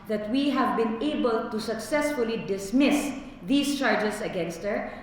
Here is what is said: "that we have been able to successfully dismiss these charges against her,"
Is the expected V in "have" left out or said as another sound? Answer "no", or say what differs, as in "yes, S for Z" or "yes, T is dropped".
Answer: no